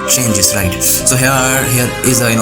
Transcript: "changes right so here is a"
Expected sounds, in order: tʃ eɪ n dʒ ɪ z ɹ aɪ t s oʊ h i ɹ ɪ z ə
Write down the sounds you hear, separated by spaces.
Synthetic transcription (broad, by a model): tʃ eɪ n dʒ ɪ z ɹ aɪ t s oʊ h i ɹ ɪ z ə